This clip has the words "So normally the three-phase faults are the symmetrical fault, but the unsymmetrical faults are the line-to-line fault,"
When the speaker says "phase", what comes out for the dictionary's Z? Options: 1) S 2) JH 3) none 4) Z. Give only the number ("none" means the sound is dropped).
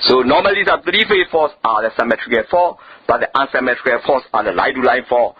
3